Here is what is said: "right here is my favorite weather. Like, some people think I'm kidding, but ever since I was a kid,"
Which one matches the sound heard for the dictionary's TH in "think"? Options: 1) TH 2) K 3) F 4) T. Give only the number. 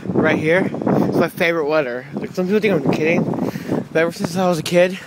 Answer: 4